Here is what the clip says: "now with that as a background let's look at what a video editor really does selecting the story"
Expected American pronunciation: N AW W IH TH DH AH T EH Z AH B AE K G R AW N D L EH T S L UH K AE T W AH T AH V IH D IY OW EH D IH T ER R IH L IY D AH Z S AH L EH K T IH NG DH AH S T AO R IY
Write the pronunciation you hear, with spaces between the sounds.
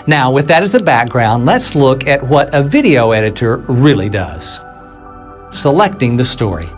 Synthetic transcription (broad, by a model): N AW W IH DH AH T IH Z AH B AE K G R AW N D L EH T S L UH K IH T W AH T AH V IH D IY OW EH D IH T ER R IH L IY D AH Z S AH L EH K T IH NG DH AH S T AO R IY